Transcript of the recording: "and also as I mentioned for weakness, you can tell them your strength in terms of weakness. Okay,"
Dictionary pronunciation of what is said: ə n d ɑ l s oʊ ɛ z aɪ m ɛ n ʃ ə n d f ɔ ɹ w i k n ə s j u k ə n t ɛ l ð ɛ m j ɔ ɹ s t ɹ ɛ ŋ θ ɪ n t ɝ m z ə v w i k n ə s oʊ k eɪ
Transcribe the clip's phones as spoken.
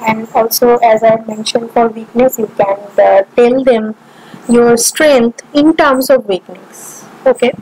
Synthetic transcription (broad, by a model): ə n d ɑ l s oʊ ɛ z aɪ m ɛ n ʃ ə n d f ɔ ɹ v i k n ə s j u k ə n t ɛ l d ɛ m j ɔ ɹ s t ɹ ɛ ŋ t ɪ n t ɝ m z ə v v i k n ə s oʊ k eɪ